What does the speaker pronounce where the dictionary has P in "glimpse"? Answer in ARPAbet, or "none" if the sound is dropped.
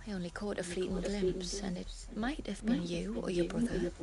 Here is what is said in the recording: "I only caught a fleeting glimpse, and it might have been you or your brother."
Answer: P